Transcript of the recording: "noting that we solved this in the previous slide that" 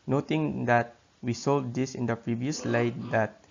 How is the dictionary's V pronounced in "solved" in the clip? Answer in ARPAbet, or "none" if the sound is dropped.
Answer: none